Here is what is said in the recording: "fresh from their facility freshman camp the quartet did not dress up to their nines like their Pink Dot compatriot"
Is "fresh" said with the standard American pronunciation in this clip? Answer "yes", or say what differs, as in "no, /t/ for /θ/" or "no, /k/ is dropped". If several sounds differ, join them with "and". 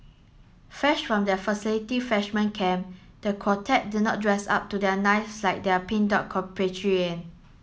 no, /ɹ/ is dropped